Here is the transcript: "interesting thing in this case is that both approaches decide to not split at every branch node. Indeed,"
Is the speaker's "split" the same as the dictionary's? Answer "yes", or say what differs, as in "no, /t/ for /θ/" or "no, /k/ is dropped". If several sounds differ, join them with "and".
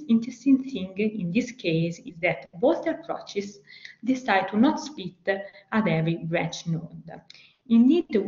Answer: no, /l/ is dropped